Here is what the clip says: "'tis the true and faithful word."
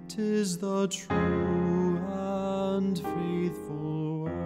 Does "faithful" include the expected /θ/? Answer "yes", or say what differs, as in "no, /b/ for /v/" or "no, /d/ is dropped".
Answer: yes